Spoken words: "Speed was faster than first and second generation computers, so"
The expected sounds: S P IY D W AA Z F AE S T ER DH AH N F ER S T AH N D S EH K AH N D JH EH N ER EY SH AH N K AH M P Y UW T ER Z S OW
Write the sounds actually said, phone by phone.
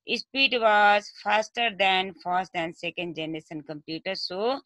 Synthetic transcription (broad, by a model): S P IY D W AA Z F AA S T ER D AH N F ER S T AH N S EH K AH N D JH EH N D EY S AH N K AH M P Y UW T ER S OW